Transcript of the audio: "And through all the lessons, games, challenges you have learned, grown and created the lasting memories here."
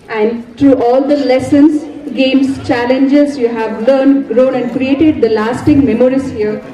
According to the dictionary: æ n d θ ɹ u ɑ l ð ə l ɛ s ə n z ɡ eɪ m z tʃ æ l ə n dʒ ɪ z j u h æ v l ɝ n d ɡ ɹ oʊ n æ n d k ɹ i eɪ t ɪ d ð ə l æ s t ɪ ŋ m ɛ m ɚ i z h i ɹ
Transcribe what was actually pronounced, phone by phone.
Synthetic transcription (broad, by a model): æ n d t ɹ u ɑ l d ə l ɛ s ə n s ɡ eɪ m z tʃ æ l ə n dʒ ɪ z j u h æ v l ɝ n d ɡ ɹ oʊ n æ n d k ɹ i eɪ t ɪ d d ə l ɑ s t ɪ ŋ m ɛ m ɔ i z h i ɹ